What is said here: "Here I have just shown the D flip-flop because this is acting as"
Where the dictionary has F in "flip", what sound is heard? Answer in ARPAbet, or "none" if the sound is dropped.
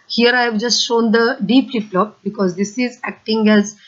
P